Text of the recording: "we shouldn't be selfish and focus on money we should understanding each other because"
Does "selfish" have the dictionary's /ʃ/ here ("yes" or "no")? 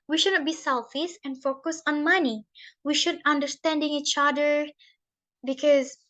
no